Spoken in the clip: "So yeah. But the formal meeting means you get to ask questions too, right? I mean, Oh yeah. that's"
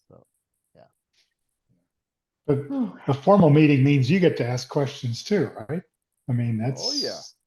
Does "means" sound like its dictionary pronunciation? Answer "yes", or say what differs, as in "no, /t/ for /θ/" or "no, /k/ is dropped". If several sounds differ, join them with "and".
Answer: yes